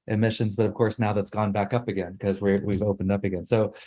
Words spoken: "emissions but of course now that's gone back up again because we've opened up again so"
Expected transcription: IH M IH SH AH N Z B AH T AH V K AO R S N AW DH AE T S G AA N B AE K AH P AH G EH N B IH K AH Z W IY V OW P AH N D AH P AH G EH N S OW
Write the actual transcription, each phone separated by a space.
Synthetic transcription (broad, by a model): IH M IH SH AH N Z B AH T AH V K AO R S N AW DH AE T S G AA N B AE K AH P AH G EH N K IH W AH W IY V OW P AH N D AH P AH G EH N S OW